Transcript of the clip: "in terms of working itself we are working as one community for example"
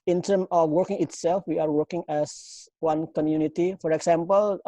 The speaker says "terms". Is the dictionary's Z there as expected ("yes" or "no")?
no